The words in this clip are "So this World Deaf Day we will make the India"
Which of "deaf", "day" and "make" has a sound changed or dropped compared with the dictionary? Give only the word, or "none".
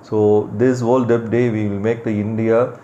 deaf